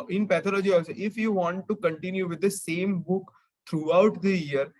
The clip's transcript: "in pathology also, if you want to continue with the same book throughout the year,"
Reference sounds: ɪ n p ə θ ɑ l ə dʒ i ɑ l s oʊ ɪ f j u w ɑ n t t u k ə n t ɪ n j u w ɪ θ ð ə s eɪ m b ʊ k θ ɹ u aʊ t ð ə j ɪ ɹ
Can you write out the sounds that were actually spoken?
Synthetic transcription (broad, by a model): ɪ n p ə t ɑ l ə dʒ i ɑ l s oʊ ɪ f j u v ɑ n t t u k ə n t ɪ n j u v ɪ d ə s eɪ m b ʊ k t ɹ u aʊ t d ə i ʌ ɹ